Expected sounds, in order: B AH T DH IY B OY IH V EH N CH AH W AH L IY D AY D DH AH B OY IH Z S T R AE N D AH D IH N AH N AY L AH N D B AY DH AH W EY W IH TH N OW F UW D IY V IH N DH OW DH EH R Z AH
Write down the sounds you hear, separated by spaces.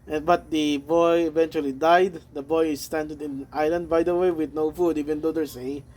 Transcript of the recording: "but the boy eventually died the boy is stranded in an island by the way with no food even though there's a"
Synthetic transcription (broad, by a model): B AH T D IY B OY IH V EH N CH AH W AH L IY D AY D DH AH B OY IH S T AE N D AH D IH N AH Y L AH N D B AY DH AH W EY W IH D N OW F UW D IY V IH N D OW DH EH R S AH